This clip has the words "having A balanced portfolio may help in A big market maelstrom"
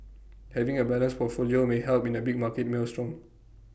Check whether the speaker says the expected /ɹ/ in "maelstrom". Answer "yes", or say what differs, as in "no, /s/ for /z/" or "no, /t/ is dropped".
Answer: yes